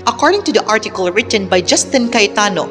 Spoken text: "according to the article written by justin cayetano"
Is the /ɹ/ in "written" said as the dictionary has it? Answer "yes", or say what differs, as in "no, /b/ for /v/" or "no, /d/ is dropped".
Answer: yes